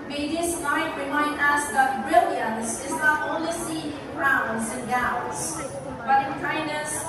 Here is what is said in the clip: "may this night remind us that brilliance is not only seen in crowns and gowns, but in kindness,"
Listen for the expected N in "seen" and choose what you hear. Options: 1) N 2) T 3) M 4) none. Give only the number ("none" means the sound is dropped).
4